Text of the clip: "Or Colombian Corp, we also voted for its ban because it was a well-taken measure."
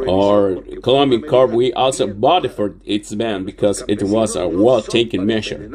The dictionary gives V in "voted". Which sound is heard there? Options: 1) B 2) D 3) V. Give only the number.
1